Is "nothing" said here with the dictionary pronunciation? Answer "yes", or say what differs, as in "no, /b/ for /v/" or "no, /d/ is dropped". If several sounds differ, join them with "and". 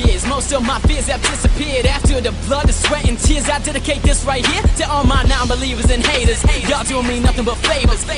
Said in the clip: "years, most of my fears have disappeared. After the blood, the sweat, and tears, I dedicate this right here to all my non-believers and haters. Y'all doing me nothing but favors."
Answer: yes